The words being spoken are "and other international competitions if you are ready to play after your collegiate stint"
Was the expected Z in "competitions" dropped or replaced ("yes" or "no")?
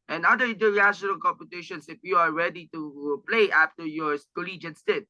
yes